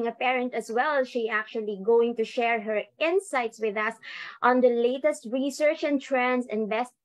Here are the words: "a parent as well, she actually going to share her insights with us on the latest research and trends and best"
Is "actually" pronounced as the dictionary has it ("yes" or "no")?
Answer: yes